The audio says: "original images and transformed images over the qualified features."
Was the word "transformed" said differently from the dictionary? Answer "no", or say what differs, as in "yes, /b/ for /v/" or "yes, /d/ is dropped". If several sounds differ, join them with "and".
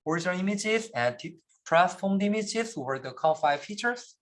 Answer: yes, /n/ is dropped